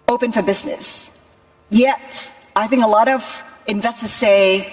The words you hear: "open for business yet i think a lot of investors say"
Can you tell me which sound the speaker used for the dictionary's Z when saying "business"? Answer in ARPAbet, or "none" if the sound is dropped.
Z